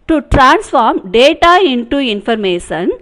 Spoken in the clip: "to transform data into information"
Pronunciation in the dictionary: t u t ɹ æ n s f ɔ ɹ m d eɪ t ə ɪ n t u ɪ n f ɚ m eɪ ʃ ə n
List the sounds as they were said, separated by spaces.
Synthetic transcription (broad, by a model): t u t ɹ æ n s f ɔ ɹ m d eɪ t ə ɪ n t u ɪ n f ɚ m eɪ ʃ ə n